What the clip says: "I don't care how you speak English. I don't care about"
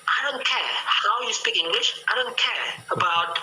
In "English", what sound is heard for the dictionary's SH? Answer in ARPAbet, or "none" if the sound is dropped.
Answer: SH